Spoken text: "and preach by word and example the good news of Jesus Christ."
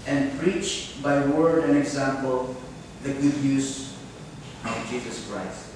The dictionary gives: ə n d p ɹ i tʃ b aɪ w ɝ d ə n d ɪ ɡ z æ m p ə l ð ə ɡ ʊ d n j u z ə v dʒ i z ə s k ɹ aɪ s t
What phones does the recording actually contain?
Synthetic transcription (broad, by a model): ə n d p ɹ i tʃ b aɪ w ɝ d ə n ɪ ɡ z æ m p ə l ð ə ɡ ʊ d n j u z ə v dʒ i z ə s k ɹ aɪ s t